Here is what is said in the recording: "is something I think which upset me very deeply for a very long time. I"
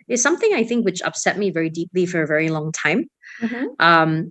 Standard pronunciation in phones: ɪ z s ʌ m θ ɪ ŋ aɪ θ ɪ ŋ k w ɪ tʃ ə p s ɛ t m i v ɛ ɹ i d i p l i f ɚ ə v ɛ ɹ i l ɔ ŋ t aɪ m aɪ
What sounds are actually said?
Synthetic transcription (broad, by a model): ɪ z s ʌ m θ ɪ ŋ aɪ θ ɪ ŋ k w ɪ tʃ ə p s ɛ t m i v ɛ ɹ i d i p l i f ɚ ə v ɛ ɹ i l ɔ ŋ t aɪ m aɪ